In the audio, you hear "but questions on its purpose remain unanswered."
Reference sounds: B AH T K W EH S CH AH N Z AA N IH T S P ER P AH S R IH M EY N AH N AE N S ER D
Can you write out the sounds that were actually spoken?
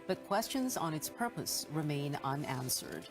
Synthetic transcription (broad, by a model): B AH T K W EH S CH AH N Z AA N IH T S P ER P AH S R IH M EY N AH N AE N S ER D